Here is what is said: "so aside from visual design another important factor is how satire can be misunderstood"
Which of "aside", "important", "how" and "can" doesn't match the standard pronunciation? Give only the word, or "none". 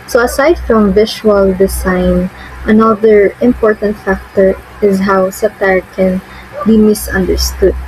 none